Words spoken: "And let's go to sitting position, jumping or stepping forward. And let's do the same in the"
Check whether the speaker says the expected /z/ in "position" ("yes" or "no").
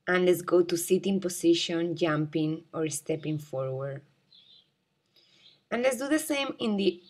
no